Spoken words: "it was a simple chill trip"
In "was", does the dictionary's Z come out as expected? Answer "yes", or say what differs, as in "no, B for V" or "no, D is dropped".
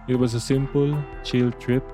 no, S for Z